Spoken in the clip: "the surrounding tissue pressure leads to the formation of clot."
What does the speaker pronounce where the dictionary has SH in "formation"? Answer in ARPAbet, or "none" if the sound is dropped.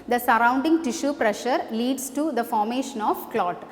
SH